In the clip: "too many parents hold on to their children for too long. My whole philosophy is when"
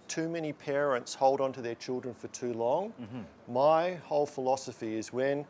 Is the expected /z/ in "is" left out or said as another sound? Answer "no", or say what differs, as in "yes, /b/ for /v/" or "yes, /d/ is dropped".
no